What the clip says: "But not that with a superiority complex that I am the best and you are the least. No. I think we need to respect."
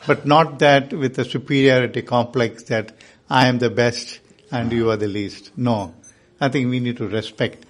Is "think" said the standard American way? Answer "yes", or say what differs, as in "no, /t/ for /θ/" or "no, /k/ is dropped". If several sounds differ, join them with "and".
no, /t/ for /θ/